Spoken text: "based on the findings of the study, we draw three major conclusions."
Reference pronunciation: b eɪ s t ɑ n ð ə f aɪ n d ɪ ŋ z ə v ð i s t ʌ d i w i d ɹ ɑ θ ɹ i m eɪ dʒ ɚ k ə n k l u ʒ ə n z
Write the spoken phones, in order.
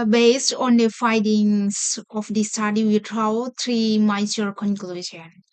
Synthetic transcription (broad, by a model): b eɪ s t ɑ n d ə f aɪ d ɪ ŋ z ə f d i s t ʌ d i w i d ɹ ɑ t ɹ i m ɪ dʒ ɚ k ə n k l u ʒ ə n